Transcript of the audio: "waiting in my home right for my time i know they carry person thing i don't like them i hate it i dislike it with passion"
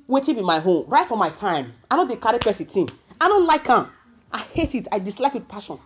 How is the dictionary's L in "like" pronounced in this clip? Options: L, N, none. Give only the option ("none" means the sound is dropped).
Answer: L